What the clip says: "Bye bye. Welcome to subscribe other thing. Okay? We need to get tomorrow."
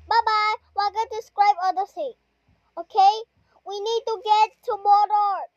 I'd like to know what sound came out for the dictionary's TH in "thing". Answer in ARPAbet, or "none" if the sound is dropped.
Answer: S